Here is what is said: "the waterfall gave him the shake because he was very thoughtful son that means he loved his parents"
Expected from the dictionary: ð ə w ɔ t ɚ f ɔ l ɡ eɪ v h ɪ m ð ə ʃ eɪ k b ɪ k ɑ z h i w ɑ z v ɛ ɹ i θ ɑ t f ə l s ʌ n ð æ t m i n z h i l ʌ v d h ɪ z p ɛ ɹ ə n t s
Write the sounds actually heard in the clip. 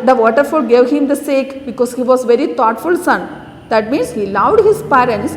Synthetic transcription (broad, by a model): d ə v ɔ t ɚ f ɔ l ɡ eɪ v h ɪ m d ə s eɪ k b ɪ k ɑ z h i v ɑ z v ɛ ɹ i t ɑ t f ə l s ʌ n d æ t m i n s h i l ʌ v d h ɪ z p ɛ ɹ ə n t s